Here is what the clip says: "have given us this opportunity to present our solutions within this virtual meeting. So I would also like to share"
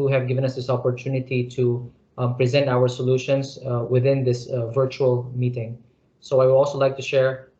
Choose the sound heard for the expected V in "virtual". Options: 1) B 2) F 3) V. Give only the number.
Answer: 3